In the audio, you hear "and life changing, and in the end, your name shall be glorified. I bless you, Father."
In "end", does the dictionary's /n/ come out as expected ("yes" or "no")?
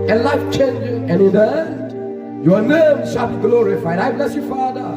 no